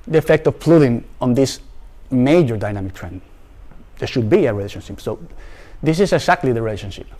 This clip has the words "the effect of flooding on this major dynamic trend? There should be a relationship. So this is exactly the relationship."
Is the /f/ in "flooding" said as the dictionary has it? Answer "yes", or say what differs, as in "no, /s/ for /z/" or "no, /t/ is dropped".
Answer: no, /p/ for /f/